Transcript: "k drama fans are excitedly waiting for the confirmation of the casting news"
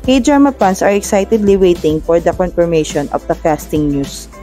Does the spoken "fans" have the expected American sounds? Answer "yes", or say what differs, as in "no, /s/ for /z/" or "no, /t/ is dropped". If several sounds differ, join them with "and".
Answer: no, /p/ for /f/ and /s/ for /z/